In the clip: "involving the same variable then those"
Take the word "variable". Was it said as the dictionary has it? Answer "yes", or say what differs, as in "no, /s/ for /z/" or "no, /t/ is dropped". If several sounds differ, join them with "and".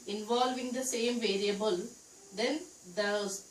yes